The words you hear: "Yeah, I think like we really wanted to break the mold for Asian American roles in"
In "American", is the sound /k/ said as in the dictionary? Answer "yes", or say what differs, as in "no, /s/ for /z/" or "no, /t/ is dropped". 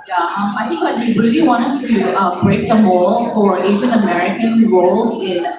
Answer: yes